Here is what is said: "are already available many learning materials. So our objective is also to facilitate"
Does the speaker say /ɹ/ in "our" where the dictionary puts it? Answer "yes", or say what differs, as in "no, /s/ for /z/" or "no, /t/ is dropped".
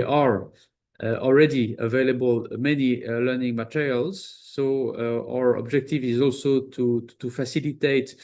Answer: yes